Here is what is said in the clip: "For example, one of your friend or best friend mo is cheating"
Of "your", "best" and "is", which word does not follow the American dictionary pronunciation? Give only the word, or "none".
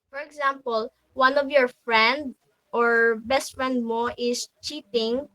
is